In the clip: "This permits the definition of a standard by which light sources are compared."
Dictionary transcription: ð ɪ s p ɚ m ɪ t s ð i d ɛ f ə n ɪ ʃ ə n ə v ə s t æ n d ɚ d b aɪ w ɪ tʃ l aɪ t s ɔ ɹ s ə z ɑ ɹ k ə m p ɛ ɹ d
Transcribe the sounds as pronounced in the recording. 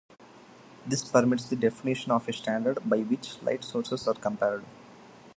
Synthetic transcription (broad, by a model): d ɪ s p ɚ m ɪ t s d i d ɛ f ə n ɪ ʃ ə n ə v ə s t æ n d ɚ d b aɪ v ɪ tʃ l aɪ t s ɔ ɹ s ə s ɑ ɹ k ə m p ɛ ɹ d